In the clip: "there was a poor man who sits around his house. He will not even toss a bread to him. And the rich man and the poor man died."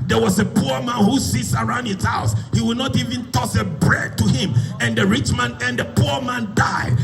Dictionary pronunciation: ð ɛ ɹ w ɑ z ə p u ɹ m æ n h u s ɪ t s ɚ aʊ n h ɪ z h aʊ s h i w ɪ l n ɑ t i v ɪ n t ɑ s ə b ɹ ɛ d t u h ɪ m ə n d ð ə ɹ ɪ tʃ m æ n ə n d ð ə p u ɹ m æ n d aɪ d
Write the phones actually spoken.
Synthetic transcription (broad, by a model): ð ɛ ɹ w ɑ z ə p u ɹ m æ n h u s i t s ɚ aʊ n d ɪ s h aʊ s h i w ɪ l n ɑ t i v ɪ n t ɑ s ə b ɹ ɛ d t u h ɪ m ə n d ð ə ɹ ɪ tʃ m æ n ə n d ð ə p u ɹ m æ n d aɪ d